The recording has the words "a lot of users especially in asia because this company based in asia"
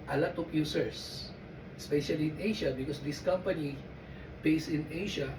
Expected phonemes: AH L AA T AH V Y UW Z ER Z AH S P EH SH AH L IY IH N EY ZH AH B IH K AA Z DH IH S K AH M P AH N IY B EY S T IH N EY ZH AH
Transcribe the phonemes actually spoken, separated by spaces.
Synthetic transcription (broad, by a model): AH L AA T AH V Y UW S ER S AH S P EH SH AH L IY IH N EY SH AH B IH K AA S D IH S K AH M P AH N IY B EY S IH N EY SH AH